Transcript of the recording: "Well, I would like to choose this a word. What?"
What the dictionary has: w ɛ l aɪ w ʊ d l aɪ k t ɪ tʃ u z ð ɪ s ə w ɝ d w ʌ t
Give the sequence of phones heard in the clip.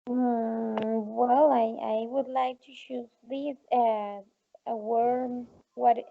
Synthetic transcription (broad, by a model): w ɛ l aɪ w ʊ d l aɪ k t ɪ ʃ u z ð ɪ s ə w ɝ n w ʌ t